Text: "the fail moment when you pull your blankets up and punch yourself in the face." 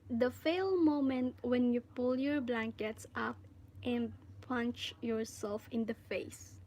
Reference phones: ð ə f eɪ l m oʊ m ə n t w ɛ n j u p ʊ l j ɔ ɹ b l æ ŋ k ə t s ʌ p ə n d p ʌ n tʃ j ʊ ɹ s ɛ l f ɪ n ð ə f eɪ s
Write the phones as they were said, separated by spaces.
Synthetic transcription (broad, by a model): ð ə f eɪ l m oʊ m ə n t w ɛ n j u p ʊ l j ɔ ɹ b l æ ŋ k ə t s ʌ p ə n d p ʌ n tʃ j ʊ ɹ s ɛ l f ɪ n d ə f eɪ s